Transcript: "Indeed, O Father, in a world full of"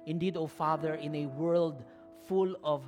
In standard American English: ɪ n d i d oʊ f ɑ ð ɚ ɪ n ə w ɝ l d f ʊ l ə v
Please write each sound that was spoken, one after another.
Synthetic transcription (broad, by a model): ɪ n d i d oʊ f ɑ ð ɚ ɪ n ə w ɝ l d f ʊ l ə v